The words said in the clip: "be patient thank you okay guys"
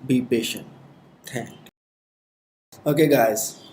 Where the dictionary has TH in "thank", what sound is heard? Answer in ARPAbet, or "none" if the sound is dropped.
T